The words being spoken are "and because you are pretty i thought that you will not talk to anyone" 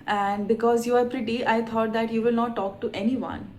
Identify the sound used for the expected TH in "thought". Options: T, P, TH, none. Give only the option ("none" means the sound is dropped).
T